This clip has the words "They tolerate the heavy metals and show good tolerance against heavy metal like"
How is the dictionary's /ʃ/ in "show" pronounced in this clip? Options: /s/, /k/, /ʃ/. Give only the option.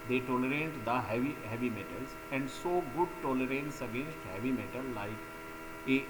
/s/